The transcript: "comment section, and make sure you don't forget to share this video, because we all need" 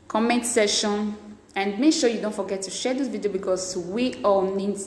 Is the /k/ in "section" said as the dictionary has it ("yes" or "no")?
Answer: no